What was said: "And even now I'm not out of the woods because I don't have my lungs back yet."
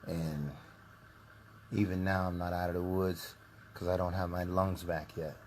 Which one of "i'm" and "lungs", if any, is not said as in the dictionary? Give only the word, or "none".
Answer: none